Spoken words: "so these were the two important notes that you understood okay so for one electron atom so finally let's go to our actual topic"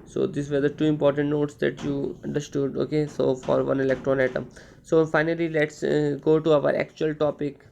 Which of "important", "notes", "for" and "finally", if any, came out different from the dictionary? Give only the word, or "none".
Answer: none